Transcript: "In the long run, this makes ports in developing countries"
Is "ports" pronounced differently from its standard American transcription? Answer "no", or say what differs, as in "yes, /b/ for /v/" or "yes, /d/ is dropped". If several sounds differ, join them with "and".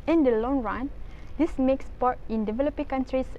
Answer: yes, /s/ is dropped